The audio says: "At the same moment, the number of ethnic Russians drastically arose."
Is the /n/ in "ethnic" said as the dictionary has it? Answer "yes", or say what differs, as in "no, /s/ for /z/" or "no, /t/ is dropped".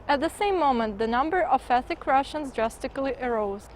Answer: no, /n/ is dropped